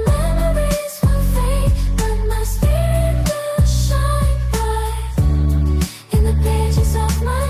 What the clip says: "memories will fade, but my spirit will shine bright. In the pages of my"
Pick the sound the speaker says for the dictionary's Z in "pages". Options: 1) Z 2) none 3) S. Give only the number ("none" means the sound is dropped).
1